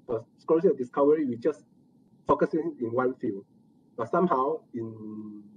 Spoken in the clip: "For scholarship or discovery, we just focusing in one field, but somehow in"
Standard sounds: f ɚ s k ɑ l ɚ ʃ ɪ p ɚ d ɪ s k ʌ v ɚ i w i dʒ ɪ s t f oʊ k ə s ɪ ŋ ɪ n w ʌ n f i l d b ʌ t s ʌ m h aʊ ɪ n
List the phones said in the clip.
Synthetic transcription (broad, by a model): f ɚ s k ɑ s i ʌ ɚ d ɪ s k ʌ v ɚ i w i dʒ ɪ s f oʊ k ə s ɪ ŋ ɪ n w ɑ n f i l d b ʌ t s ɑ m h aʊ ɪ n